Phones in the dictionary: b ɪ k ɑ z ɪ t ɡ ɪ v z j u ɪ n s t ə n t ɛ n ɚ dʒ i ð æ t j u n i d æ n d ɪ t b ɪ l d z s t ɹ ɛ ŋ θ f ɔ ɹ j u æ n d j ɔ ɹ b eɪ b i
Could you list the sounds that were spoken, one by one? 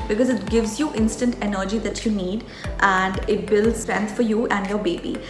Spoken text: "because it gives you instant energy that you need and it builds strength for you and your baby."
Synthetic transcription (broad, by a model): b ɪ k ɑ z ɪ t ɡ ɪ v z j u ɪ n s t ə n t ɛ n ɚ dʒ i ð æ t j u n i d æ n d ɪ t b ɪ l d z s t ɹ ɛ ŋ t f ɔ ɹ j u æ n d j ɔ ɹ b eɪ b i